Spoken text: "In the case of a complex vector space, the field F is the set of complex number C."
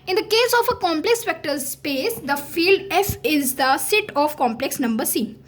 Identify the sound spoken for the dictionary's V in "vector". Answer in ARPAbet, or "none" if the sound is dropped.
P